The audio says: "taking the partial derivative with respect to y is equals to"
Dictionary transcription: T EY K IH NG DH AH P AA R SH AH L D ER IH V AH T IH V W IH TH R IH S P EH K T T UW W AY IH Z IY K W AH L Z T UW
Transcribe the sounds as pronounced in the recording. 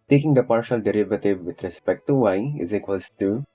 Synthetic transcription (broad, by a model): T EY K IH NG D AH P AA R SH AH L D ER IH V AH T IH V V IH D R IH S P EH K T T UW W AY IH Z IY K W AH Z T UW